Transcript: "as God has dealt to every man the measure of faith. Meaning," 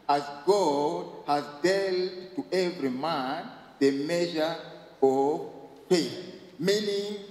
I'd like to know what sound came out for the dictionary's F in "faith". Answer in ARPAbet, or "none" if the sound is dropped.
P